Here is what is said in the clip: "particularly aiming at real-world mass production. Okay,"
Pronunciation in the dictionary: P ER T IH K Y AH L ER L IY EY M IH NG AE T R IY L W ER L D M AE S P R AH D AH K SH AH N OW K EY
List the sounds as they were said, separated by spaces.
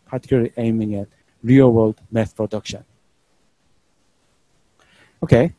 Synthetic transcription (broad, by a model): P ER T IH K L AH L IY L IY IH M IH NG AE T R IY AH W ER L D M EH TH P R AH D AH K SH AH N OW K EY